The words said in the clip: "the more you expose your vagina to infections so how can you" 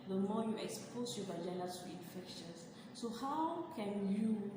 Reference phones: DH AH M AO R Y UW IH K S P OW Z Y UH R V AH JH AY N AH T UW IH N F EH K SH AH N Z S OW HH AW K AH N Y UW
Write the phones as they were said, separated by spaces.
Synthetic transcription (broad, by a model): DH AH M AO Y UW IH K S P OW S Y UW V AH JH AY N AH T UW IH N F EH K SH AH N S S OW HH AW K AH N Y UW